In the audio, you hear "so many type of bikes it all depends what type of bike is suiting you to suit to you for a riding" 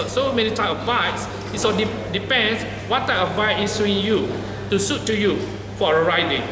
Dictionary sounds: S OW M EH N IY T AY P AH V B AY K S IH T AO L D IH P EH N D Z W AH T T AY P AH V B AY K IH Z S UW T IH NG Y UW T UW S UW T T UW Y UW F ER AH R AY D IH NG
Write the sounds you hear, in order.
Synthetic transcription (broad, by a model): S OW M EH N IY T AY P AH V AY S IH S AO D D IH P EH N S W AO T T AY P AH V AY IH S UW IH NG Y UW T UW S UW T T UW Y UW F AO AH R AY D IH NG